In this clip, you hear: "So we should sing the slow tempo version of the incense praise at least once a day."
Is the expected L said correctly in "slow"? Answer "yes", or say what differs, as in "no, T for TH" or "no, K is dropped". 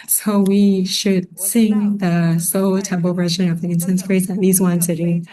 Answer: no, L is dropped